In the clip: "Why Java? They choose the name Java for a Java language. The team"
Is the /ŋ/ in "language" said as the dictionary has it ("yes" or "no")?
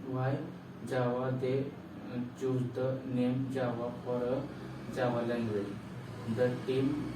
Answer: no